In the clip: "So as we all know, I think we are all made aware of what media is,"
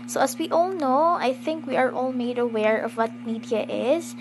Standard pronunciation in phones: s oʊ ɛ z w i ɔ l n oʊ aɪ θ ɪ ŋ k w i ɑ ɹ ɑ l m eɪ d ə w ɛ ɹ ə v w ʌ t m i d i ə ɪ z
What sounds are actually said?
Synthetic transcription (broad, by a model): s oʊ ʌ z w i ɔ l n oʊ aɪ θ ɪ ŋ k w i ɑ ɹ ɑ l m eɪ d ə w ɛ ɹ ə v w ʌ t m i d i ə ɪ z